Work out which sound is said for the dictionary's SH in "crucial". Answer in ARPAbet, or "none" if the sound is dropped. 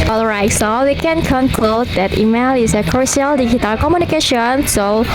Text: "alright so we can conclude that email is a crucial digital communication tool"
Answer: none